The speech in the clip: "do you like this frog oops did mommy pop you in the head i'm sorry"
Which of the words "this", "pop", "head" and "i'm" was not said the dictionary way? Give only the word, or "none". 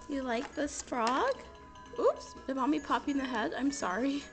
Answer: none